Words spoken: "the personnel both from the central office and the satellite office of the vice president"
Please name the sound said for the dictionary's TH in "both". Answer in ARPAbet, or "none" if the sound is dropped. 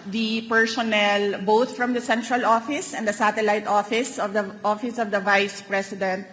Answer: T